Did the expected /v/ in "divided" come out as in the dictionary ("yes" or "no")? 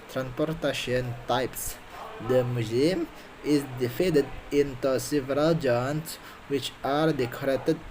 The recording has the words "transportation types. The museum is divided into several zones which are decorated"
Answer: no